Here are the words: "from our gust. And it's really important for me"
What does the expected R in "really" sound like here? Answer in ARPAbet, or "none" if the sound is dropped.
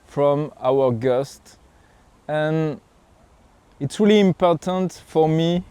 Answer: R